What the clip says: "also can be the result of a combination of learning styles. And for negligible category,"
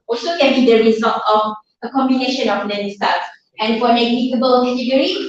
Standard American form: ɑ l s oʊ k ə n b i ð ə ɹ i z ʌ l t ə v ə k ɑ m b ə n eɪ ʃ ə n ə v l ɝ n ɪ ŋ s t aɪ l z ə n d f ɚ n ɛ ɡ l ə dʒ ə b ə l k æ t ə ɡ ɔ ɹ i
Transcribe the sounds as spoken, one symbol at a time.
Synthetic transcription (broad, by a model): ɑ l s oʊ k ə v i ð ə ɹ i z ʌ l t ə v ə k ɑ m b ə n eɪ ʃ ə n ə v n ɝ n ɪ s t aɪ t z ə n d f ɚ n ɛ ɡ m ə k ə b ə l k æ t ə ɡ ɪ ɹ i